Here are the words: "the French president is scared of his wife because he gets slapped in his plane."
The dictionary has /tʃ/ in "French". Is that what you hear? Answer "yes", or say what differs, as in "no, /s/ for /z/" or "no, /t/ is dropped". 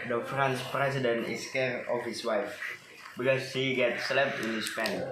no, /s/ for /tʃ/